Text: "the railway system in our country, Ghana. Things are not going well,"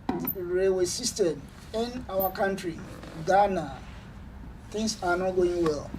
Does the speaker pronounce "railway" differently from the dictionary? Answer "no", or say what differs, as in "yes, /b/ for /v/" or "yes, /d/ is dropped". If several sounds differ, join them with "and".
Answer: yes, /l/ is dropped